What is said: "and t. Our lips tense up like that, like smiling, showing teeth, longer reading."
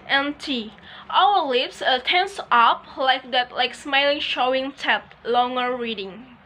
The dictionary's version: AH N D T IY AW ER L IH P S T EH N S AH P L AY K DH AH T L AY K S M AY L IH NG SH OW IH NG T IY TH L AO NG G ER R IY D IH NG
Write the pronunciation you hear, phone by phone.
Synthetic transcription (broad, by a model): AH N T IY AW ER L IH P S T EH N S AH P L AY K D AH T L AY K S M AY L IH NG SH OW IH NG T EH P L AO NG G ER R IY D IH NG